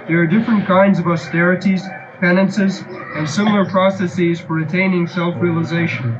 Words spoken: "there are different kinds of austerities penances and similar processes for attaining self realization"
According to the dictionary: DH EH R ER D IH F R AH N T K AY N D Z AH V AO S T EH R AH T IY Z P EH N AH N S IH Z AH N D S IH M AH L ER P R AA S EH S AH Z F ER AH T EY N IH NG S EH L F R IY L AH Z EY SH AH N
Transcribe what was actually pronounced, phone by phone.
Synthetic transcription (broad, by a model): DH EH R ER D IH F R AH N K AY N D Z AH V AO S T EH R AH T IY Z P EH N AH N S IH Z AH N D S IH M L ER P R AA S EH S AH Z F ER AH T EY N IH NG S EH L F R IY L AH Z EY SH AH N